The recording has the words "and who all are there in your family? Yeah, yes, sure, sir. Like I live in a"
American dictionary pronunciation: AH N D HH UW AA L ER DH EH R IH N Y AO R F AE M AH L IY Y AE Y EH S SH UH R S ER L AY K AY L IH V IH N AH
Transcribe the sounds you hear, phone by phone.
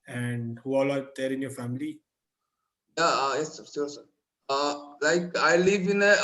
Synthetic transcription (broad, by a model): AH N D HH UW AA L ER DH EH R IH N Y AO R F AE M AH L IY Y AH Y EH S S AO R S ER L AY K AY L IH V IH N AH